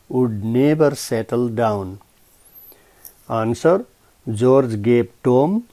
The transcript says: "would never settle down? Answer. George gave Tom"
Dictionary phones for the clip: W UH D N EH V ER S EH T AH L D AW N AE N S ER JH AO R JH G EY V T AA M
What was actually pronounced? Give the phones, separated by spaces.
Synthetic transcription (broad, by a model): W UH D N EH B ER S EH T AH L D AW N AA N S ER JH AO R JH G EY P T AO M